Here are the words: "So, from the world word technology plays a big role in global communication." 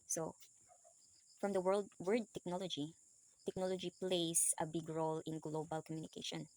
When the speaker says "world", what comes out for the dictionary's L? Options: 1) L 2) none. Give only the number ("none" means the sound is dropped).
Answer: 1